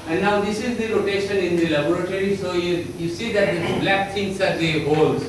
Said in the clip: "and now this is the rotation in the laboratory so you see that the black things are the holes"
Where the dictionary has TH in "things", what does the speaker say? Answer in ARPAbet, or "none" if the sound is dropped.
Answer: T